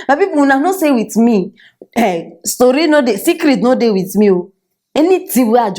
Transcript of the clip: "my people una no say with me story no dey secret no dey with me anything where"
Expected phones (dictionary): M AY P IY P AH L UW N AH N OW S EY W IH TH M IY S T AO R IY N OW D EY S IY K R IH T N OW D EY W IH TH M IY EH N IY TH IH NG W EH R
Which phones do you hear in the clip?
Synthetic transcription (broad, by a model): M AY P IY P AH W UW N AH N OW S EY W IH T M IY S T AO R IY N OW D EY S IY K R IH T N OW D EY W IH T M IY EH N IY T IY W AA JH